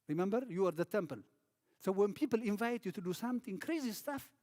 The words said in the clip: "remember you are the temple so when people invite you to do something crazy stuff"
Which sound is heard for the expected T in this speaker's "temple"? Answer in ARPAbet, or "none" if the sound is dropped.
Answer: T